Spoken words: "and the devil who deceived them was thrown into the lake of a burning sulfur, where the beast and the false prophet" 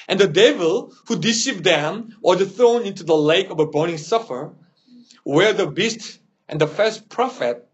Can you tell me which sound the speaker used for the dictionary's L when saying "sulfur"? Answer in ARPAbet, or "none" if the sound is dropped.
none